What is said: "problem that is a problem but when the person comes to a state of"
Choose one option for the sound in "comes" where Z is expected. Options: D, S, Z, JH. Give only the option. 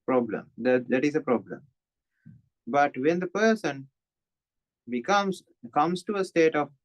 S